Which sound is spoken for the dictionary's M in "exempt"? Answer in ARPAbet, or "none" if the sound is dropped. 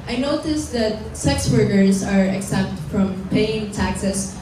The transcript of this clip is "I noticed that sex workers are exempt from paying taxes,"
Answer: none